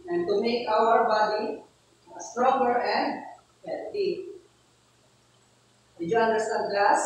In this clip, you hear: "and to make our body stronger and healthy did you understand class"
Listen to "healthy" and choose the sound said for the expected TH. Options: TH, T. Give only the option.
T